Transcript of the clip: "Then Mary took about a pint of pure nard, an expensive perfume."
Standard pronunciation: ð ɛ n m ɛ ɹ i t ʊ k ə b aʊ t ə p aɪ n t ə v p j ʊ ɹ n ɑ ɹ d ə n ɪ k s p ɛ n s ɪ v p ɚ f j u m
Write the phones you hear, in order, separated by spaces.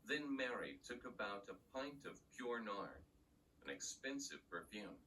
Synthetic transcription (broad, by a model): ð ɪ n m ɛ ɹ i t ʊ k ə b aʊ t ə p aɪ n t ə v p j ʊ ɹ n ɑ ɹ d ə n ɪ k s p ɛ n s ɪ v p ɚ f j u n